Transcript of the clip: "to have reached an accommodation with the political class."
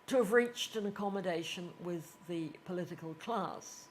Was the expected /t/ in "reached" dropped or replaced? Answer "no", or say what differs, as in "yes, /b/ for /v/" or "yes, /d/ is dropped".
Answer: no